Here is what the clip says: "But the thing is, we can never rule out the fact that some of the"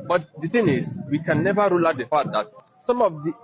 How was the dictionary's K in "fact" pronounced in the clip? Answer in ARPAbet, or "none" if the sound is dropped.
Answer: none